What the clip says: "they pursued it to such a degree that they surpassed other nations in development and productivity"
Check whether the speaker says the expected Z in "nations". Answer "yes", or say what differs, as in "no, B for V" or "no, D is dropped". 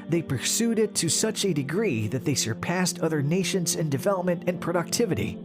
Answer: yes